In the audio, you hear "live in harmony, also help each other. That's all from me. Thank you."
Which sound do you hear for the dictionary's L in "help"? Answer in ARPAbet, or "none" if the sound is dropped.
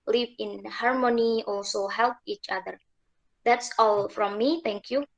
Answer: L